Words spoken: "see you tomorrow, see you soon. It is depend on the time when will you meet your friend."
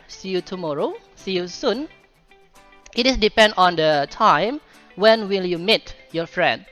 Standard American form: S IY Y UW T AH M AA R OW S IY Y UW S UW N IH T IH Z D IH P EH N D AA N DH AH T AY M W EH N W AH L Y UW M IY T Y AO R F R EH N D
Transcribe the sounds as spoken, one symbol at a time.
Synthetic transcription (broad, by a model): S IY Y UW T AH M AA R OW S IY Y UW S UW N IH T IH S D IH P EH N D AA N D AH T AY M W EH N W AH L Y UW M IY T Y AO F R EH N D